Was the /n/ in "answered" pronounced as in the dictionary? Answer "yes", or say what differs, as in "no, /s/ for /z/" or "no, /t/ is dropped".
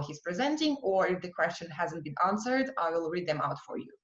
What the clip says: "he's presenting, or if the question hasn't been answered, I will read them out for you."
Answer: yes